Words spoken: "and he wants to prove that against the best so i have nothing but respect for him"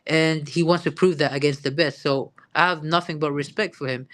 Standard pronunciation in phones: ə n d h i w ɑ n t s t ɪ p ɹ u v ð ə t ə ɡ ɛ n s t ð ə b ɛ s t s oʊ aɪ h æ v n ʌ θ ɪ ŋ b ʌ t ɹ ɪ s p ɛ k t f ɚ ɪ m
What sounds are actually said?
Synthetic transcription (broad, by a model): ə n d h i w ɑ n t s t ɪ p ɹ u v ð ə t ə ɡ ɛ n s t ð ə b ɛ s t s oʊ aɪ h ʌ v n ʌ θ ɪ ŋ b ʌ t ɹ ɪ s p ɛ k t f ɚ ɪ m